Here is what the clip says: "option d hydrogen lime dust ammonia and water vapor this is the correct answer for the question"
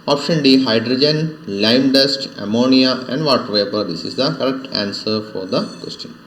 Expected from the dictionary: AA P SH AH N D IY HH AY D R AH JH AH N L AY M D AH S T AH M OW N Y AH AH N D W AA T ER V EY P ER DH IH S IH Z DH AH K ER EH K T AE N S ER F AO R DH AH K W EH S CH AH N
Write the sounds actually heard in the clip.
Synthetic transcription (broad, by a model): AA P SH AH N D IY HH AY D R AH JH AH N L AY M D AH S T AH M OW N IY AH AH N D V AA T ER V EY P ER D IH S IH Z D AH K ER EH K T AE N S ER F AO R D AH K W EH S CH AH N